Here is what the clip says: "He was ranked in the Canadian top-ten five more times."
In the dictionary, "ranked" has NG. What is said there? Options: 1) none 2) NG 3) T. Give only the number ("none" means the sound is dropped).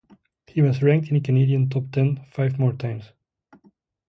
2